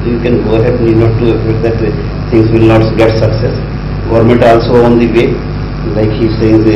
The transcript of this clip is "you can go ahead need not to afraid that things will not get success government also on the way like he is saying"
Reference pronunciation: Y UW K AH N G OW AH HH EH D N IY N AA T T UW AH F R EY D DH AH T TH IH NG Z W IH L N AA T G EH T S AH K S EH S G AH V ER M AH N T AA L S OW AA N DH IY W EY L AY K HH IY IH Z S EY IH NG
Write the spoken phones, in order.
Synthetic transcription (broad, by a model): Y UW K AH N G OW AH HH EH D N IY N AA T T UW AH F EY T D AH T T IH NG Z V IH L N AA T G EH T S AH K S EH S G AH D M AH N T AA L S OW AA N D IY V EY L AY K HH IY S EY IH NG